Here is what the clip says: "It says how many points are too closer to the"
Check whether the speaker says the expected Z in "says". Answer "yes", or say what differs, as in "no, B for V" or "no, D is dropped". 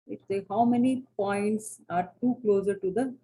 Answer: no, Z is dropped